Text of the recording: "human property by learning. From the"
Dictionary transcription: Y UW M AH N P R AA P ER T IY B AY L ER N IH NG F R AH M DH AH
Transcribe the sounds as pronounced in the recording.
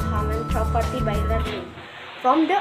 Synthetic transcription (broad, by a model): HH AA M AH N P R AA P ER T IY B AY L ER IH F R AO M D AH